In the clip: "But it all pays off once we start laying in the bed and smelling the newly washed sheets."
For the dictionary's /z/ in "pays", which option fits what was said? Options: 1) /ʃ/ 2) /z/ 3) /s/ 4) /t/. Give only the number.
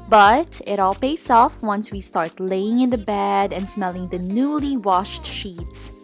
3